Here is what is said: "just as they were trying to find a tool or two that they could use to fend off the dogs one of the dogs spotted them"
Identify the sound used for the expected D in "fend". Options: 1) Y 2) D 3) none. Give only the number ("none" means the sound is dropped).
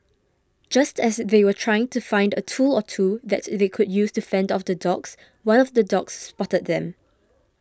2